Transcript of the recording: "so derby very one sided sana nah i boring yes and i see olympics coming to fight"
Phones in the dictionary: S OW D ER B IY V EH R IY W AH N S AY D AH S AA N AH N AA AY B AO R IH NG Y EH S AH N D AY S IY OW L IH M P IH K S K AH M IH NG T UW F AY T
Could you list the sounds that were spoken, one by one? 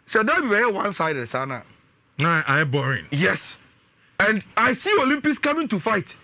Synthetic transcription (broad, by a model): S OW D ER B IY B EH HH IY W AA N S AY D AH S AA N AH N AA AY B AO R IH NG Y EH S AH N D AY S IY OW L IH M P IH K S K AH M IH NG T UW F AY T